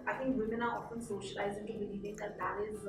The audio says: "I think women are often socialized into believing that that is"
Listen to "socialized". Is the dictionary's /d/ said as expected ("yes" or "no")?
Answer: no